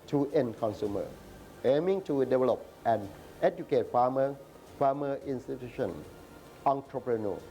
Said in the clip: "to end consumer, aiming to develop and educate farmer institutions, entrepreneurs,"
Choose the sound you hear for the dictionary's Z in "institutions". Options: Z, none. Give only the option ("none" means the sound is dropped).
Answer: none